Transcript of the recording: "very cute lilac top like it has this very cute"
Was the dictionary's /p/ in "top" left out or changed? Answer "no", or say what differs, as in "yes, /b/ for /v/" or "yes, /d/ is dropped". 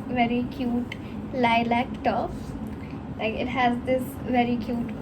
yes, /f/ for /p/